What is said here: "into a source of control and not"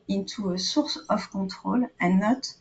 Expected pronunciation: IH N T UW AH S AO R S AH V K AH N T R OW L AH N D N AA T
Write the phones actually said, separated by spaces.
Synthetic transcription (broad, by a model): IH N T UW AH S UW R S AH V K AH T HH OW L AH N N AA T